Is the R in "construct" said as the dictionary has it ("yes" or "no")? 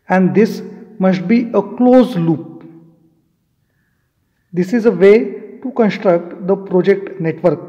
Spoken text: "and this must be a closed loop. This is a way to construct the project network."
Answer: yes